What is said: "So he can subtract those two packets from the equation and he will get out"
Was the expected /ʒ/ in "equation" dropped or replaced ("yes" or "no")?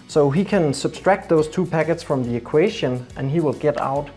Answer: yes